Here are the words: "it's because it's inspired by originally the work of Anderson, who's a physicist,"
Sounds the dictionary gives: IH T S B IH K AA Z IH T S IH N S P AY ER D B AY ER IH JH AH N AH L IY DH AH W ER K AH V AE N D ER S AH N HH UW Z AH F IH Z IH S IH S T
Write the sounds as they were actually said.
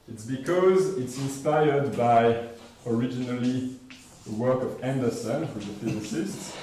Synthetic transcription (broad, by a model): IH T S B IH K AA Z IH T S IH N S P AY ER D B AY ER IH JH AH N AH L IY DH AH W ER K AH V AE N D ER S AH N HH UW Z AH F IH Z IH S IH S T